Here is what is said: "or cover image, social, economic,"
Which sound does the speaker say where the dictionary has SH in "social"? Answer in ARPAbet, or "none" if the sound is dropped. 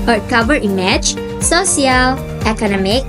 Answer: S